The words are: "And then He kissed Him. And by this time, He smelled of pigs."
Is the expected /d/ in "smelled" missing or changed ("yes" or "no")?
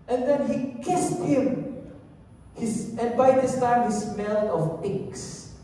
yes